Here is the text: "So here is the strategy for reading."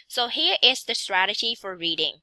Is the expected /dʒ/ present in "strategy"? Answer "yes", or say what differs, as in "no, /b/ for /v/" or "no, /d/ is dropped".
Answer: yes